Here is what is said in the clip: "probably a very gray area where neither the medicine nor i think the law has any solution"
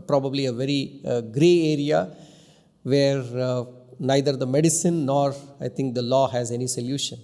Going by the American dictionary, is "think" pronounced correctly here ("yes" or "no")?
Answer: no